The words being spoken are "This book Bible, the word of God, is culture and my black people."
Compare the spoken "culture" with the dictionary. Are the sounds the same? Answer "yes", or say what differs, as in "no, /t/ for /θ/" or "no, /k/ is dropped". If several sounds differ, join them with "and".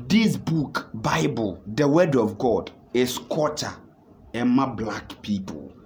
no, /l/ is dropped